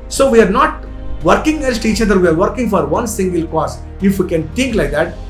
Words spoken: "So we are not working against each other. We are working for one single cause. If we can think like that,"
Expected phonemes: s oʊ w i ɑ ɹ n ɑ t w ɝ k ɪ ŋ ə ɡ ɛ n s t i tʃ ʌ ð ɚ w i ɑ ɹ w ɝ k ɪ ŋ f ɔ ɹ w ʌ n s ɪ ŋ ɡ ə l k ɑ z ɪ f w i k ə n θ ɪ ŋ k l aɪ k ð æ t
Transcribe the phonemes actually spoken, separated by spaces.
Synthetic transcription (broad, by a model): s oʊ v i ɑ ɹ n ɑ t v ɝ k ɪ ŋ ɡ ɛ l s t i tʃ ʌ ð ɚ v i ɑ ɹ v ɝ k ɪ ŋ f ɔ ɹ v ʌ n s ɪ ŋ ɡ ə l k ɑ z ɪ f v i k ə n t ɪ ŋ k l aɪ k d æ t